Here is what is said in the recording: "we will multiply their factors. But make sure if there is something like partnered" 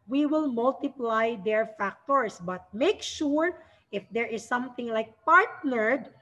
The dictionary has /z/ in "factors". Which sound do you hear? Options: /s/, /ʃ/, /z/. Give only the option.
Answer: /s/